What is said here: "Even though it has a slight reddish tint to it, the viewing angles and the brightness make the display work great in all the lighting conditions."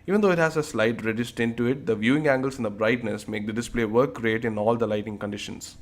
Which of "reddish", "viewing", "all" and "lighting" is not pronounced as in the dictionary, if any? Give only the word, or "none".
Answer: reddish